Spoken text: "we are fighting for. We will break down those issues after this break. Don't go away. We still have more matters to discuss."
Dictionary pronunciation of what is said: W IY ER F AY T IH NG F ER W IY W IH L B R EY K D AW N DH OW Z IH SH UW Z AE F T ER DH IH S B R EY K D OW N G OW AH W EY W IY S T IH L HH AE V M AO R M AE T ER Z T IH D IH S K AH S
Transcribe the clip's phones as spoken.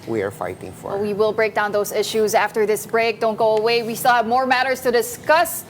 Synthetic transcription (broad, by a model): W IY ER F AY T IH NG F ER W IY W IH L B R EY K D AW N DH OW Z IH SH UW Z AE F T ER DH IH S B R EY K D OW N G OW AH W EY W IY S T IH L HH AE V M AO R M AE T ER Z T IH D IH S K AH S